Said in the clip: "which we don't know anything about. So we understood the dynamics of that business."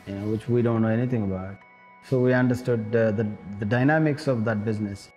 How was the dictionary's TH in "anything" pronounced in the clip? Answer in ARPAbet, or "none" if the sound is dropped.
T